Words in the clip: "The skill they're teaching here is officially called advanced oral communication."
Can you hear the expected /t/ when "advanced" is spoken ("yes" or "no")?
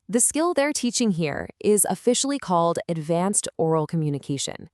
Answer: yes